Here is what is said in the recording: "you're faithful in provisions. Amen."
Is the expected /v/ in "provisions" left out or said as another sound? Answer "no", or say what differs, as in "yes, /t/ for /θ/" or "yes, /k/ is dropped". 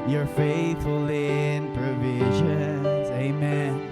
no